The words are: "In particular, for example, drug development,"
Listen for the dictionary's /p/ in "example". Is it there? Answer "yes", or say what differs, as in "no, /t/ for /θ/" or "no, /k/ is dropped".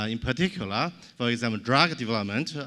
no, /p/ is dropped